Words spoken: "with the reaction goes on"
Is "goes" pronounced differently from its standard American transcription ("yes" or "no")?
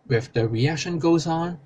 no